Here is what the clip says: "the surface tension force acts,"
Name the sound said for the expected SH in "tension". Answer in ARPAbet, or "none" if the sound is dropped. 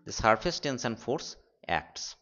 S